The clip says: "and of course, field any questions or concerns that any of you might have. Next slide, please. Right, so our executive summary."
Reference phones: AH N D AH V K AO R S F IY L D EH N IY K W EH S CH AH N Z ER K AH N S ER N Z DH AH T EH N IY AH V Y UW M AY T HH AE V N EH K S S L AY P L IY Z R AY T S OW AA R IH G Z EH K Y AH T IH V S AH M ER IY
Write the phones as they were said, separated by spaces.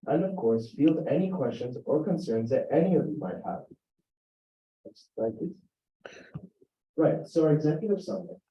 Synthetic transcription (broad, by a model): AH N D AH V K AO R S F IY L D EH N IY K W EH S CH AH N Z ER K AH N S ER N Z DH AH T EH N IY AH V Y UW M AY T HH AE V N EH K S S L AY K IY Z R AY T S OW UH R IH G Z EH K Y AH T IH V S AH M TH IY